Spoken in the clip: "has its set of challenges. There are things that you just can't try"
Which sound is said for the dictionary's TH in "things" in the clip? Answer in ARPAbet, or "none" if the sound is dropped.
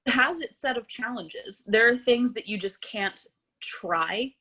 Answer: TH